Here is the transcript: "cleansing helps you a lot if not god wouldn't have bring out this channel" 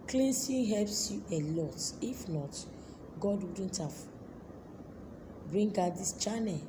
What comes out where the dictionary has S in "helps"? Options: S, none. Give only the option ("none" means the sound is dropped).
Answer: S